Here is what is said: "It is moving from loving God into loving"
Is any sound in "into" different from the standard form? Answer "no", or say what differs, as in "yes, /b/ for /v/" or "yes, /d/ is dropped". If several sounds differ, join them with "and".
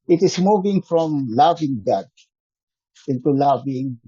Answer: no